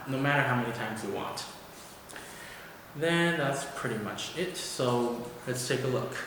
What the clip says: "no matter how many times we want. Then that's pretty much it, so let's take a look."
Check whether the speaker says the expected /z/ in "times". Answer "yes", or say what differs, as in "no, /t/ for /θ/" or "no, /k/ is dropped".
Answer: yes